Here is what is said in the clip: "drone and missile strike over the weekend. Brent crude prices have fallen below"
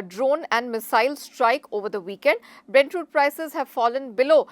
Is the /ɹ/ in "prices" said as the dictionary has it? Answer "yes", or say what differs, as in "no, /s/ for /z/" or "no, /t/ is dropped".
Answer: yes